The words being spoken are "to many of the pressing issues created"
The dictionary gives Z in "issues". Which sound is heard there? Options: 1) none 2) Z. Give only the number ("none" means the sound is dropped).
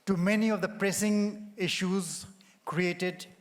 2